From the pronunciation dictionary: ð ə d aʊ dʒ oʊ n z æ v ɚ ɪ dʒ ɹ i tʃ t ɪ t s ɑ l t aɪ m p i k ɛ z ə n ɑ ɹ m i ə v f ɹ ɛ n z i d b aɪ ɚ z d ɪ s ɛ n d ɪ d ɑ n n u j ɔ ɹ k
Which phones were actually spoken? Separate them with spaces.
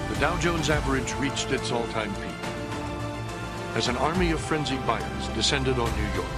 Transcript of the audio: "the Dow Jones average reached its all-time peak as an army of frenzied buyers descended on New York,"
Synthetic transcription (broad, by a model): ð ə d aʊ dʒ oʊ n z æ v ɚ ɪ dʒ ɹ i tʃ t ɪ t s ɑ l t aɪ m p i ɪ z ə n ɑ ɹ m i ə v f ɹ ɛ n z i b aɪ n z d ɪ s ɛ n d ɪ d n n u j ɔ ɹ k